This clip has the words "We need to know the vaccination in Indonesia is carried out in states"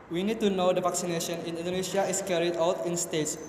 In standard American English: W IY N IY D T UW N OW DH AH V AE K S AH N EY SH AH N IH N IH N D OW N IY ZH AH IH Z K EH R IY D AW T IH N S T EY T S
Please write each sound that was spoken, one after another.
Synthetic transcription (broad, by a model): W IY N IY D T UW N OW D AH V AE K S AH N EY SH AH N IH N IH N D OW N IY SH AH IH S K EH R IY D AW T IH N S T EY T S